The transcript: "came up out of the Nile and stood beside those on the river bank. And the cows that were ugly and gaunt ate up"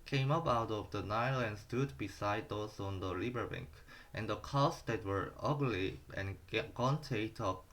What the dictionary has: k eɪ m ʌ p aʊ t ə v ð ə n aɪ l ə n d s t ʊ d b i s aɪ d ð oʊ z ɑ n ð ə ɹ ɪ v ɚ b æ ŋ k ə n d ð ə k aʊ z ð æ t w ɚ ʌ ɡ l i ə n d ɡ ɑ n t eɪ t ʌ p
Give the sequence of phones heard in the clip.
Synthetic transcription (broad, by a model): k eɪ m ʌ p aʊ t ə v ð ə n aɪ l ə n d s t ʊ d b i s aɪ d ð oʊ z ɑ n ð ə l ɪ b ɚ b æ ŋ k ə n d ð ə k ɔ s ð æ t w ɚ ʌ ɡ l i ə n ɡ ɑ n t eɪ t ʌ